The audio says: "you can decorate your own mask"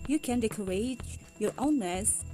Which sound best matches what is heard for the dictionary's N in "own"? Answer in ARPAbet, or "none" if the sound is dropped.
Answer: N